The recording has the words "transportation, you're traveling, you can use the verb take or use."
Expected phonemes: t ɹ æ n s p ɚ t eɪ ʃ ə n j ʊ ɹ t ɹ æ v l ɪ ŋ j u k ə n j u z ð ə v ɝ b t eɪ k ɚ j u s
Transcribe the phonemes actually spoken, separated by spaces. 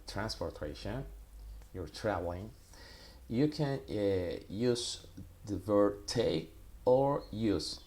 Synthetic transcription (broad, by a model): t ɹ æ n s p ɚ t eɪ ʃ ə n j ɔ ɹ t ɹ æ v l ɪ ŋ j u k ə n j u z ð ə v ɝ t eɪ ɚ j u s